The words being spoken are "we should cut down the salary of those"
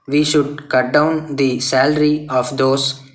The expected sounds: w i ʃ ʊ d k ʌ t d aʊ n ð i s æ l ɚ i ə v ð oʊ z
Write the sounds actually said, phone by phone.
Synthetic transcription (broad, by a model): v i ʃ ʊ d k ʌ t d aʊ n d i s æ l ɚ i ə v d oʊ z